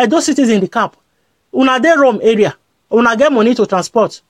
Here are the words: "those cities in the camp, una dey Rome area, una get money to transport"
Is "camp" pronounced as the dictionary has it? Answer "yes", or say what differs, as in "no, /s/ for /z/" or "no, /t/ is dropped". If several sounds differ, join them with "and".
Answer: no, /m/ is dropped